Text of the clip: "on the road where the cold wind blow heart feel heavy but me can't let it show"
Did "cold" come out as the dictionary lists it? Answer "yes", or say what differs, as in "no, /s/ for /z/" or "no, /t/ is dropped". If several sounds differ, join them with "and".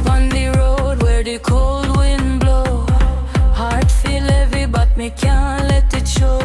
yes